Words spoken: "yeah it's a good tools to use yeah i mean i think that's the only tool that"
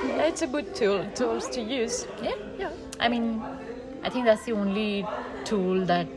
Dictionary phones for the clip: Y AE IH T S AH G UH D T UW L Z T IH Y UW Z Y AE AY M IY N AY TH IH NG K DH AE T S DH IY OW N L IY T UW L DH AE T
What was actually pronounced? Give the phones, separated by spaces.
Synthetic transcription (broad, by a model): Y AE IH T S AH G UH D T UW L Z T IH Y UW Z Y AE AY M IY N AY T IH NG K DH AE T S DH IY OW N L IY T UW L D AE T